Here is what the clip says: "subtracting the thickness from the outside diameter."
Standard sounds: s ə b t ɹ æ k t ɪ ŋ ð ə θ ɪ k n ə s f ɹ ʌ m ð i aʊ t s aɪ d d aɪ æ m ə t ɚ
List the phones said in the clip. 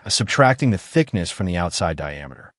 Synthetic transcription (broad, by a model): s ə b t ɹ æ k t ɪ ŋ ð ə θ ɪ k n ə s f ɹ ʌ m ð i aʊ t s aɪ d d aɪ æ m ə t ɚ